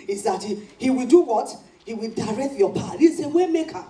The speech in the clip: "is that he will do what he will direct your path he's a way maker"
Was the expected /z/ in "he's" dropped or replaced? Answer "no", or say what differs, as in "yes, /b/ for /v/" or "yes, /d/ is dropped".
yes, /s/ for /z/